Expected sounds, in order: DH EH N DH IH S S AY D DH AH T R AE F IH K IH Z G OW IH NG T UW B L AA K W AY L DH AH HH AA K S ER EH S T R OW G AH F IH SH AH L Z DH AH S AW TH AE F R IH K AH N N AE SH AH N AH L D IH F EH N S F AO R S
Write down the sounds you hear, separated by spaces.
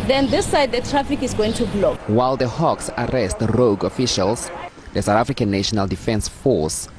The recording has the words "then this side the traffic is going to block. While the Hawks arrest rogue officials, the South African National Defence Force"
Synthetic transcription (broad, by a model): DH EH N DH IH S S AY D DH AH T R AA F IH K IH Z G OW IH NG T UW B L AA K W AY L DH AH HH AA K S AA EH S T R OW G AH F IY SH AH L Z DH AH S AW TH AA F R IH K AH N N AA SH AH N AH L D IH F EH N S F AO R S